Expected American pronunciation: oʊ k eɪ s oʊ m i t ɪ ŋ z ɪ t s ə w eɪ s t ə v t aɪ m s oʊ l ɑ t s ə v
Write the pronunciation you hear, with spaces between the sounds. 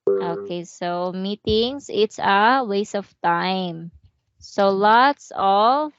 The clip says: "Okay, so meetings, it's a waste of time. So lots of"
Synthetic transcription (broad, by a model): oʊ k eɪ s oʊ m i t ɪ ŋ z ɪ t s ə w eɪ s ə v t aɪ m s oʊ l ɑ t s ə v